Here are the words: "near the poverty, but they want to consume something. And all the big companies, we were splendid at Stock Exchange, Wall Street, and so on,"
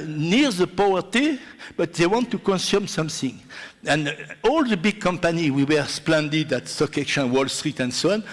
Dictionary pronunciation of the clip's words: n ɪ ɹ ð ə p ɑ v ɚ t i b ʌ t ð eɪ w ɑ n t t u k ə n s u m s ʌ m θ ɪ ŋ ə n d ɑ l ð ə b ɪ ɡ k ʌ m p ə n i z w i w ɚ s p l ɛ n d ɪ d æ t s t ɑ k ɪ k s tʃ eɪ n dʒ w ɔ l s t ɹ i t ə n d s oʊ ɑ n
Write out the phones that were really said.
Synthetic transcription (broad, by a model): n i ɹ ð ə p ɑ ɚ t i b ʌ t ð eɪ w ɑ n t t u k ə n s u m s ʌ m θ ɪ ŋ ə n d ɑ l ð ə b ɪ ɡ k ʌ m p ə n i w i w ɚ s p l ɛ n d ɪ d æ t s t ɑ k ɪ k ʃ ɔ n w ɔ l s t ɹ i t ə n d s oʊ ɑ n